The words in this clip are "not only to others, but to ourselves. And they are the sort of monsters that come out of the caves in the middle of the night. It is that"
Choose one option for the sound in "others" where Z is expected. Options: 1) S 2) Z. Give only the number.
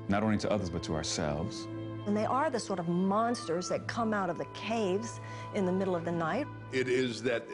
2